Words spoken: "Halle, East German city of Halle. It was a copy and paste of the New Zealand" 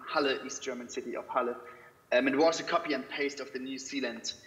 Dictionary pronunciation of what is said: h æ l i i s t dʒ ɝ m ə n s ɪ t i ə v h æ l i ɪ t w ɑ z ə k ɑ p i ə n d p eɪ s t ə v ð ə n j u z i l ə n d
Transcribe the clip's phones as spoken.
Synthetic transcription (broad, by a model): h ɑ l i i s t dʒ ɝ m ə n s ɪ t i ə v h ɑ l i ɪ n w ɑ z ə k ɑ p i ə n p eɪ s t ə v ð ə n j u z i l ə n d